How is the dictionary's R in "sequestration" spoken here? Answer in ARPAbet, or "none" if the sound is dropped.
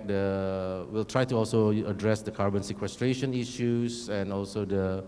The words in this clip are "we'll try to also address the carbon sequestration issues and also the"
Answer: R